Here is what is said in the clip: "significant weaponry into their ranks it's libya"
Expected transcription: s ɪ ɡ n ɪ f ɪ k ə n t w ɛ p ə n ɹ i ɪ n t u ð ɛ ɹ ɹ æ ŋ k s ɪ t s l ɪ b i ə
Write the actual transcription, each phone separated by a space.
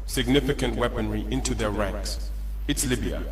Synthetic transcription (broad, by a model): s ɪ ɡ n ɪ f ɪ k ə n t w ɛ p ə n ɹ i ɪ n t u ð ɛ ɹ ɹ æ ŋ k s ɪ t s l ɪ b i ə